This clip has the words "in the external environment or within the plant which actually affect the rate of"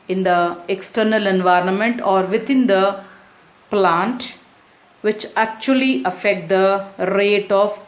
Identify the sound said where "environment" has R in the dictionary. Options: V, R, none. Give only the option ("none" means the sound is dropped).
R